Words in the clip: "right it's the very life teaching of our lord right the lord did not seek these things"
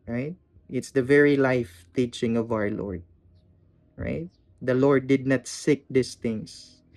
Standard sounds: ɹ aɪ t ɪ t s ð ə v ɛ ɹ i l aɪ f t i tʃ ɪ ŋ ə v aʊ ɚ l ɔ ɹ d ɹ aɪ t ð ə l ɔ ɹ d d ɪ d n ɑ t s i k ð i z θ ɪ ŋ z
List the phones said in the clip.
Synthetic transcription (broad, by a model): ɹ aɪ t ɪ t s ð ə v ɛ ɹ i l aɪ f t i tʃ ɪ ŋ ə v aʊ ɚ l ɔ ɹ d ɹ aɪ t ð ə l ɔ ɹ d d ɪ d n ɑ t s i k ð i s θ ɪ ŋ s